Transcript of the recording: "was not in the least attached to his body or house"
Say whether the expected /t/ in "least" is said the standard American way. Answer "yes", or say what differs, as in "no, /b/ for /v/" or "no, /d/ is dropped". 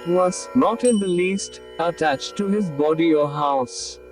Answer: yes